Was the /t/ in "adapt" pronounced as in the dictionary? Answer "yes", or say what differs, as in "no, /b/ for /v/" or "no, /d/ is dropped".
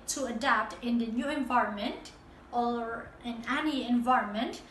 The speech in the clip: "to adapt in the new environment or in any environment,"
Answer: yes